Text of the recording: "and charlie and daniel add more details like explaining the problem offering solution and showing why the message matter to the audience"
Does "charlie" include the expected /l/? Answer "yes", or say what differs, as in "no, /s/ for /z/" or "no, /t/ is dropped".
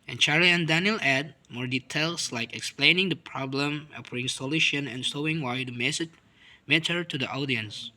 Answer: no, /l/ is dropped